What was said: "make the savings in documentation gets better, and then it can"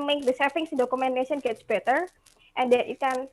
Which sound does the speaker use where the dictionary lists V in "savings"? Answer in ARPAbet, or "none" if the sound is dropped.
F